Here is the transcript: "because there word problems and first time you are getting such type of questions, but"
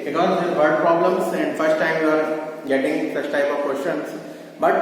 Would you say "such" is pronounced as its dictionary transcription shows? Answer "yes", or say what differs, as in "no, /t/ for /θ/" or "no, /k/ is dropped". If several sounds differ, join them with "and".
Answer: no, /s/ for /tʃ/